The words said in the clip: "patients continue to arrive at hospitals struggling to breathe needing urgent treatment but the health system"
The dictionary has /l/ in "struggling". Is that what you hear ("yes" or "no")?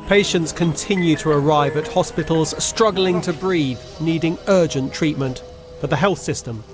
yes